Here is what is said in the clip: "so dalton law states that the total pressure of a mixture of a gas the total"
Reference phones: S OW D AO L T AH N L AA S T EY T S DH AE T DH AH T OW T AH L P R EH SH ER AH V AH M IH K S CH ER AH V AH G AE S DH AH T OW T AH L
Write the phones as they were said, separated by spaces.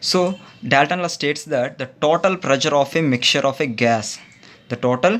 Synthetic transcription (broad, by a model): S OW D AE L T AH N L AA S T EY T S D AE T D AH T OW T AH L P R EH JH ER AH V AH M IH K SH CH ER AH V AH G AE S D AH T OW T AH L